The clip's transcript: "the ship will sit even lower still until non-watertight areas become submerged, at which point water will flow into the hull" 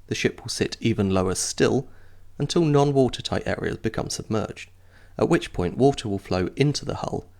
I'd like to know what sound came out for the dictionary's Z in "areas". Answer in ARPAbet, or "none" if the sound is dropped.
Z